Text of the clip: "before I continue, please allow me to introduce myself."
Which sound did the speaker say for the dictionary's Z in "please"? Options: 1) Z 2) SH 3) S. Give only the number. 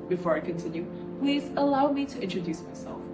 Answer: 1